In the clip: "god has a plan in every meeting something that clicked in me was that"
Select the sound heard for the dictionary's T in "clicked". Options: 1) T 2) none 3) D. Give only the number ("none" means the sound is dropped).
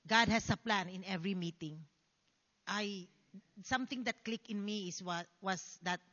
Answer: 2